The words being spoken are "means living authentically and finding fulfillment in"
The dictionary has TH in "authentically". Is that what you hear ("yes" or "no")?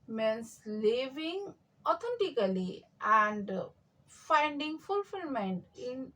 no